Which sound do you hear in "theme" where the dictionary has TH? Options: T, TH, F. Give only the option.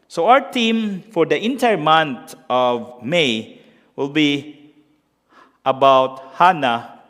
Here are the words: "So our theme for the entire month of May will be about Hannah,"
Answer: T